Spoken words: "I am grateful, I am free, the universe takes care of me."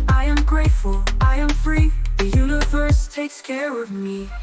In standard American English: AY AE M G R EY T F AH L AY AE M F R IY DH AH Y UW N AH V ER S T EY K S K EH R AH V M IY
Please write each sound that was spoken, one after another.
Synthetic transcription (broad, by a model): AY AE M G R EY T F AH L AY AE M F R IY DH AH Y UW N AH V ER S T EY K S K EH R AH V M IY